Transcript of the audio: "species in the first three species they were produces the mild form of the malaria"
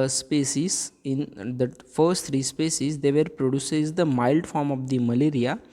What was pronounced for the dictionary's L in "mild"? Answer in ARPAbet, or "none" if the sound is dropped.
L